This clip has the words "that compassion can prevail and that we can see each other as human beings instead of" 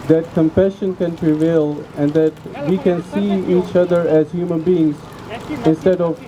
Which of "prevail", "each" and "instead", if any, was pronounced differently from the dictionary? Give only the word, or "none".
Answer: none